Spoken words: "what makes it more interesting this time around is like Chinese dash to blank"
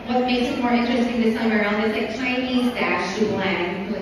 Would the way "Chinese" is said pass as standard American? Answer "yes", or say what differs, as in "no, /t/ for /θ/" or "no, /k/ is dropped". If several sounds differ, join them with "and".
yes